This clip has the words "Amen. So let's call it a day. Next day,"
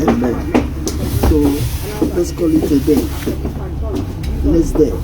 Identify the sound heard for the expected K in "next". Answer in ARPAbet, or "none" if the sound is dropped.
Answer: none